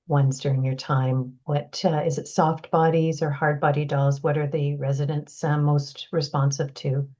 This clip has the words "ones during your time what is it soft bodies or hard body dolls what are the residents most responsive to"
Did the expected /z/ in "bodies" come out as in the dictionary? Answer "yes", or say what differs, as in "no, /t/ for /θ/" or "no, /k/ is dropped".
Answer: yes